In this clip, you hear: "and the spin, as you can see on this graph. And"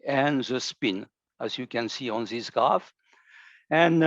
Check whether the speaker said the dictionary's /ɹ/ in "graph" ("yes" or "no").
no